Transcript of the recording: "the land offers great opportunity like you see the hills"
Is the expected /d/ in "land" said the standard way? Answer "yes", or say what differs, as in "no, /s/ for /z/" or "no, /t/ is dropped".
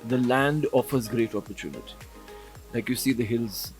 yes